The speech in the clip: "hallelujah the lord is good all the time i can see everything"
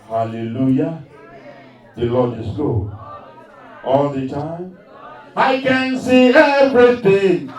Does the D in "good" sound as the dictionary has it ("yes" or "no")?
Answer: no